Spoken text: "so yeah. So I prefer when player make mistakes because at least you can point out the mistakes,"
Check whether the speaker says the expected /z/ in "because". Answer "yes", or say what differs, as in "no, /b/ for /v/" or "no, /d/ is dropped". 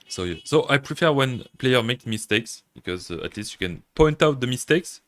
yes